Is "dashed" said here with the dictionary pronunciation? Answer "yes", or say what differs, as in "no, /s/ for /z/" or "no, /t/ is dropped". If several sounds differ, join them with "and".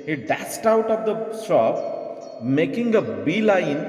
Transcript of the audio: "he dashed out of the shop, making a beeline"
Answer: no, /s/ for /ʃ/